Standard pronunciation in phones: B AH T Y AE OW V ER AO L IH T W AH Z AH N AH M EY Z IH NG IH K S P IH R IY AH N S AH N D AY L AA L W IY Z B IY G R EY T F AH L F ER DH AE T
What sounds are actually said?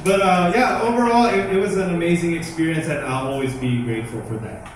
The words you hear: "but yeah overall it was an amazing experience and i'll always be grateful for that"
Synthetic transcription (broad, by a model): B AH T Y AE OW V ER AO L IH T W AH Z AH N AH M EY Z IH NG IH K S P IH R IY AH N S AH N AY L AA L W IY Z B IY G R EY T F L F ER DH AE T